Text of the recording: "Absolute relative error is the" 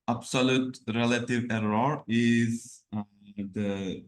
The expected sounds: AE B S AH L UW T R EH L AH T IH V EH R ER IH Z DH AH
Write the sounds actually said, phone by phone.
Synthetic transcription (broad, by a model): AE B S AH L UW T R EH L AH T IH V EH R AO IH Z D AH